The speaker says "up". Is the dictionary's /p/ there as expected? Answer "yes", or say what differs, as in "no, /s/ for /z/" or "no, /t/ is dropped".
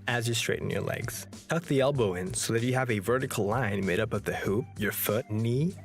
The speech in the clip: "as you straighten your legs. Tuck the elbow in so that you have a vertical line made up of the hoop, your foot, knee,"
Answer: yes